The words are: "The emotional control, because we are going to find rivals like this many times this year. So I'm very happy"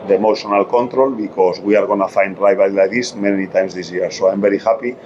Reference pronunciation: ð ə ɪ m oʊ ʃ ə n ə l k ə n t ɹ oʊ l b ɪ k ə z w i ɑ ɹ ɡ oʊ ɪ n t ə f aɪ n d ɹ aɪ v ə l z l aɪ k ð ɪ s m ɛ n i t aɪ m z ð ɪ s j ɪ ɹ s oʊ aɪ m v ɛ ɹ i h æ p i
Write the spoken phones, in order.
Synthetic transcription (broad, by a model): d ɪ m oʊ ʃ ə n ə l k ə n t ɹ oʊ l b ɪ k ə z w i ɑ ɹ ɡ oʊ n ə f aɪ n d ɹ aɪ b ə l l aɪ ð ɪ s m ɛ n i t aɪ m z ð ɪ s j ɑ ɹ s oʊ aɪ m b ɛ ɹ i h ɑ p i